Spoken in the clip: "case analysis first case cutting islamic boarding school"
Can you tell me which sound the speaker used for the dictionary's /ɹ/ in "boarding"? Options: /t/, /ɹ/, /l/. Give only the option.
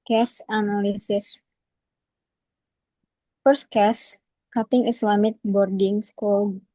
/ɹ/